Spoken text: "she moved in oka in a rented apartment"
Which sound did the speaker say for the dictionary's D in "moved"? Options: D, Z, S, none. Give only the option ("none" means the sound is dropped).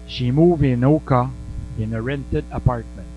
none